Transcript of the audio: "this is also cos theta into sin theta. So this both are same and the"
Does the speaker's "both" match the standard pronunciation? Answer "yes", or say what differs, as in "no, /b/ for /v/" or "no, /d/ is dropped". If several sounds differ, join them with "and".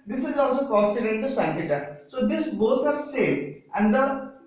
no, /t/ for /θ/